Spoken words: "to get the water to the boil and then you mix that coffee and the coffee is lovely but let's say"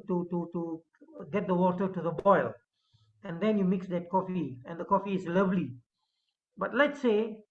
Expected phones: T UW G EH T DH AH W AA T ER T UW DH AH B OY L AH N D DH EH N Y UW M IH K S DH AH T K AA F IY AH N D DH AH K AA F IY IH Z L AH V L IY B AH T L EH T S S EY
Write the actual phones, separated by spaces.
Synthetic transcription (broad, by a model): T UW G EH T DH AH W AA T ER T UW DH AH B OY L AH N D EH N Y UW M IH K S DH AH T K AA F IY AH N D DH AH K AA F IY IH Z L AH V L IY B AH T L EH T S S EY